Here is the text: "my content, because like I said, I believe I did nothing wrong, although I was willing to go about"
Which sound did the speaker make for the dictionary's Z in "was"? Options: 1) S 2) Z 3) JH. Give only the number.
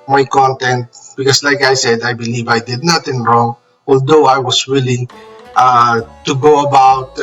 1